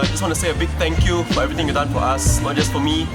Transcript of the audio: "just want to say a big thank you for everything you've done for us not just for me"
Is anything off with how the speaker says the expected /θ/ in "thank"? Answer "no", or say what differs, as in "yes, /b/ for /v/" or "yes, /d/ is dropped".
yes, /t/ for /θ/